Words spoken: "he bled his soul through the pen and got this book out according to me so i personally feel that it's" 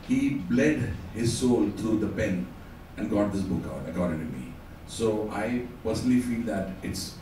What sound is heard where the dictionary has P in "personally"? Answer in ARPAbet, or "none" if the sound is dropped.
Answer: P